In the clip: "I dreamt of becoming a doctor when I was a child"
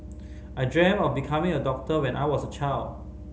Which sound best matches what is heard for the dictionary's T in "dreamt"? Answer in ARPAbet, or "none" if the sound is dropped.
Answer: none